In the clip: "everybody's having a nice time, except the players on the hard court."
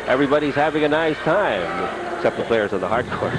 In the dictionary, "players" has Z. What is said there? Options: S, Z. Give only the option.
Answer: Z